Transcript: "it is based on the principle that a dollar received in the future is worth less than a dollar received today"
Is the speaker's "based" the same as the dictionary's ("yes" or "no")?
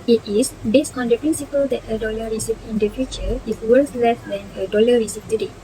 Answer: yes